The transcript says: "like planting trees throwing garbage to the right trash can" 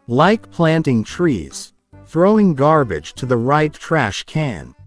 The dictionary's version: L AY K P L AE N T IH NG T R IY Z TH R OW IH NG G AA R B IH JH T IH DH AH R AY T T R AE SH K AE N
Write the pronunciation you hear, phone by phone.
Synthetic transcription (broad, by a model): L AY K P L AE N T IH NG T R IY Z TH R OW IH NG G AA R B IH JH T IH DH AH R AY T T R AE SH K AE N